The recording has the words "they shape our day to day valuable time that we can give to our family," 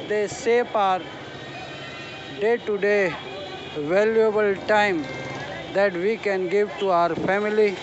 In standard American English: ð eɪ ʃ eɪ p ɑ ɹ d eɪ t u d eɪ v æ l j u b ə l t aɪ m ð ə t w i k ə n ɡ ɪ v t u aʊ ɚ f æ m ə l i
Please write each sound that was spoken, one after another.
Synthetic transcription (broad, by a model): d eɪ s eɪ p ɑ ɹ d eɪ t u d eɪ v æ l j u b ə l t aɪ m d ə t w i k ə n ɡ ɪ v t u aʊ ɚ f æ m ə l i